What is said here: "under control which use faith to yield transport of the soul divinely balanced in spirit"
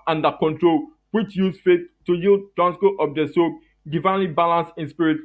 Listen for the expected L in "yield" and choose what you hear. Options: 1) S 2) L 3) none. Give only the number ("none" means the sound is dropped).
2